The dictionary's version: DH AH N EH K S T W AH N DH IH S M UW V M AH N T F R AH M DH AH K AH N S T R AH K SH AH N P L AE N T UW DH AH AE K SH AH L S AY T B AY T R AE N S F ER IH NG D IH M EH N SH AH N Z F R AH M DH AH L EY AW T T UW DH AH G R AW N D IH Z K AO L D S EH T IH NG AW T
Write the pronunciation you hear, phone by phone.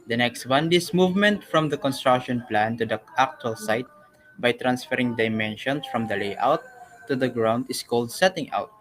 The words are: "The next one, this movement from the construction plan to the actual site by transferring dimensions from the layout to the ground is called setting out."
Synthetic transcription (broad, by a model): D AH N EH K S T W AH N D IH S M UW V M AH N T F R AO M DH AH K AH N S T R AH K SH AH N P L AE N T UW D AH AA K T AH L S AY T B AY T R AE N S F ER IH NG D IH M EH N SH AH N S F R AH M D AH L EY AW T T UW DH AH G R AW N D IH S K AO L D S EH T IH NG AW T